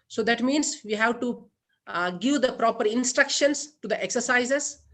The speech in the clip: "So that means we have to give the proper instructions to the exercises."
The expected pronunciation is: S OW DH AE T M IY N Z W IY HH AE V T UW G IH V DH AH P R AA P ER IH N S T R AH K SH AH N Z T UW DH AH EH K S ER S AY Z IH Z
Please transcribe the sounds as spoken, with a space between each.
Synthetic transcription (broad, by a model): S OW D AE T M IY N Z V IY HH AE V T UW G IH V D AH P R AA P ER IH N S T R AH K SH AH N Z T UW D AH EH K S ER S AY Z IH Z